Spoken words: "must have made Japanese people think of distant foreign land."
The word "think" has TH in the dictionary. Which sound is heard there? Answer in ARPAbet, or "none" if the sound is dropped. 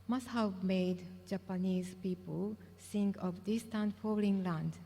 S